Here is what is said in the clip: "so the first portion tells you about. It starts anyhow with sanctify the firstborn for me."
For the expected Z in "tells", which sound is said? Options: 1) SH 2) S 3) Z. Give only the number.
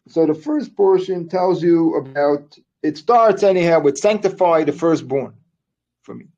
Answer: 3